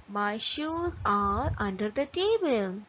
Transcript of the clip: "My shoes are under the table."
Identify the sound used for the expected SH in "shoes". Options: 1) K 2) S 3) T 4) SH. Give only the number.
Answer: 4